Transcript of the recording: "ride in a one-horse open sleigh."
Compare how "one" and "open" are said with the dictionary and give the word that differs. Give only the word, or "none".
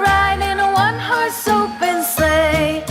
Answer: open